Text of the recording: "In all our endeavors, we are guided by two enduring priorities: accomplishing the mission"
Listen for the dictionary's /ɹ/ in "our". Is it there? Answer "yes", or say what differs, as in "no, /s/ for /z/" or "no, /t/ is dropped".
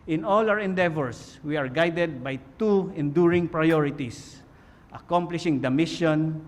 no, /w/ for /ɹ/